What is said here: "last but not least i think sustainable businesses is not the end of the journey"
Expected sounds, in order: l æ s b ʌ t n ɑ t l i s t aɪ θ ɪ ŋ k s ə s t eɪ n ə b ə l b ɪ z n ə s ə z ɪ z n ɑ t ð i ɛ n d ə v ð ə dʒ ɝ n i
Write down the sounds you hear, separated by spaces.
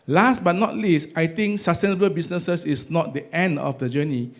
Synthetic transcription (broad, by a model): l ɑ s b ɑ t n ɑ t l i s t aɪ t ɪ ŋ k s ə s t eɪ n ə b ə l b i s n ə s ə s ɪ s n ɑ t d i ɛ n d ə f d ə dʒ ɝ n i